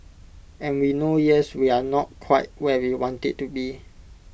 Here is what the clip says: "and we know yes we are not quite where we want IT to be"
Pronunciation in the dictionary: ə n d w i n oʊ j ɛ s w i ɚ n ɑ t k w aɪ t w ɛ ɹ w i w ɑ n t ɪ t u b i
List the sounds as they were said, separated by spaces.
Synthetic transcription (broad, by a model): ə n w i n oʊ j ɛ s w i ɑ n ɑ t k w aɪ t w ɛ w i w ɑ n t ɪ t u b i